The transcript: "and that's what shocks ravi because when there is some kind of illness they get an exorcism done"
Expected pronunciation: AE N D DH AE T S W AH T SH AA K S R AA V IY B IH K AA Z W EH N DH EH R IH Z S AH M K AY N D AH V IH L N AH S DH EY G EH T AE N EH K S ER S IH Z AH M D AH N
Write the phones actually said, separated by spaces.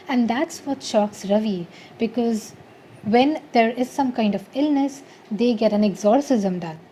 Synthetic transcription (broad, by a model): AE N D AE T S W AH T SH AA K S R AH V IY B IH K AA Z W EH N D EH R IH Z S AH M K AY N D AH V IH L N AH S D EY G EH T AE N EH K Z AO S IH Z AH M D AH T